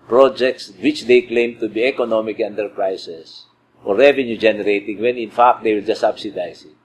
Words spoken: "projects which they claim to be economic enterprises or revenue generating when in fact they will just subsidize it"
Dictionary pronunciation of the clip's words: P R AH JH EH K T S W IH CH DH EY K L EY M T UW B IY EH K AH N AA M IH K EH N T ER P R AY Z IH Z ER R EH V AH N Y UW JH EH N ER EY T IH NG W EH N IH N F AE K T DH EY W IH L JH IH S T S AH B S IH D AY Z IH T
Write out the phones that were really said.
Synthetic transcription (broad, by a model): P R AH JH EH K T S W IH CH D EY K L EY M T UW B IY EH K AH N AA M IH K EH N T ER P R AY S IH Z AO R EH V AH N Y UW JH EH N ER EY T IH NG W EH N IH N F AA K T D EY W IH L JH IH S S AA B S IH D AY S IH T